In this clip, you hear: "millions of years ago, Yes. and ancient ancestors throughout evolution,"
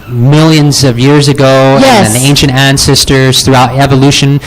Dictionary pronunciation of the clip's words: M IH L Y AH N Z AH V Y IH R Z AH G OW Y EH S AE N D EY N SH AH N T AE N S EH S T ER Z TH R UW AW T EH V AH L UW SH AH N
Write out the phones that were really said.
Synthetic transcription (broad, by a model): M IH L Y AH N Z AH V Y IH R Z AH G OW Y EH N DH EY N SH AH N T AE N S EH S T ER Z TH R UW AW T EH V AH L UW SH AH N